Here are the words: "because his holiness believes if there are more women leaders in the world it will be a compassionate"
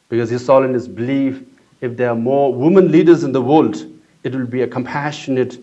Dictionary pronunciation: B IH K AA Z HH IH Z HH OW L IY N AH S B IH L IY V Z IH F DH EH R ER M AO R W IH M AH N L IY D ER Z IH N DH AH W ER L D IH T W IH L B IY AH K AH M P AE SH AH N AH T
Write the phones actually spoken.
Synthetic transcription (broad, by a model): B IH K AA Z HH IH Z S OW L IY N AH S B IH L IY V IH F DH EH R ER M AO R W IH M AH N L IY D ER Z IH N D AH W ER L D IH T W IH L B IY AH K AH M P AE SH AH N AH T